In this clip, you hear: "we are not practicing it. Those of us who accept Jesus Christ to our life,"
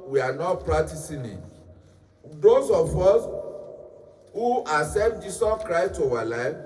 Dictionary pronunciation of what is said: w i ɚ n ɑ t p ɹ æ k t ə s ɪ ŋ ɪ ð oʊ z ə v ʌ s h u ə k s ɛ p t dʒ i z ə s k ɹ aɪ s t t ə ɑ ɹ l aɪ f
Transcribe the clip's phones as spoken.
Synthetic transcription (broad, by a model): w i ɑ n ɑ t p ɹ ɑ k t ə s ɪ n ɪ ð oʊ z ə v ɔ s h u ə s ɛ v dʒ i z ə s k ɹ aɪ s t t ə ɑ l aɪ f